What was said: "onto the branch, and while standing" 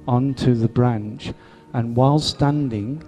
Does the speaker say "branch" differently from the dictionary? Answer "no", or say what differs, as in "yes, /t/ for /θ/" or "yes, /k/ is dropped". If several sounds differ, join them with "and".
no